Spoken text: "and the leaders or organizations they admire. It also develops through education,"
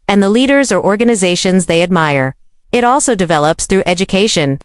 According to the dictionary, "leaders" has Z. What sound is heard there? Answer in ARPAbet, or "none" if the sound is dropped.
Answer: Z